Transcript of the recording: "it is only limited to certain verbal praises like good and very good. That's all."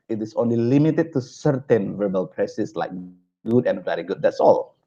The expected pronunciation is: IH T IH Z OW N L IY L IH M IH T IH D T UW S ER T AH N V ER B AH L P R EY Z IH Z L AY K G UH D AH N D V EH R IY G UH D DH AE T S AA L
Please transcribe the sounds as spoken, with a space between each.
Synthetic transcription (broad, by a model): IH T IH S OW N L IY L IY M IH T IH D T UW S ER T AH N V ER B AH L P R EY S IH S L AY K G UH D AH N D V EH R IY G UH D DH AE T S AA L